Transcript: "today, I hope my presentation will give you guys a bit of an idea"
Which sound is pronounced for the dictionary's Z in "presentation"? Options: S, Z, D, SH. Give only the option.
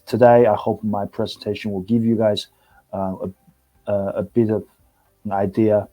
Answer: Z